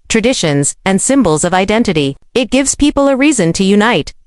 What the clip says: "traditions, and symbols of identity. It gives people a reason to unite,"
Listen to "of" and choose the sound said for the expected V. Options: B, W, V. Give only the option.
V